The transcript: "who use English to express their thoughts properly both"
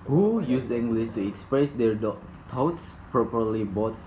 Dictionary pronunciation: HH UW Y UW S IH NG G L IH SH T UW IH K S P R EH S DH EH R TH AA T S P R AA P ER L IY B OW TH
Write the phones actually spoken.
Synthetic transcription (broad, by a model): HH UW Y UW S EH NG G L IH S T UW IH K S P R EH S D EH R T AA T S P R AA P ER L IY B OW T